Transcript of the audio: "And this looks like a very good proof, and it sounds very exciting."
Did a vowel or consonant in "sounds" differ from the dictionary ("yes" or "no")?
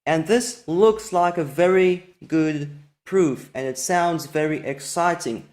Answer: no